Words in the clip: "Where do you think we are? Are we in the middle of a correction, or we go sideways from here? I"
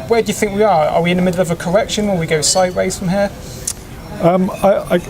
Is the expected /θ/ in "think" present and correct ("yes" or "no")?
yes